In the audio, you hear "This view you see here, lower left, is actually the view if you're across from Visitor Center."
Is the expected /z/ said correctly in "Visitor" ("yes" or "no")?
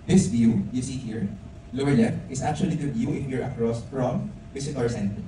no